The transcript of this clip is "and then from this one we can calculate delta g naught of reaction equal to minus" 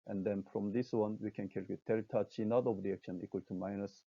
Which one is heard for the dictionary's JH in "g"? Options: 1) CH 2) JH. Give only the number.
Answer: 1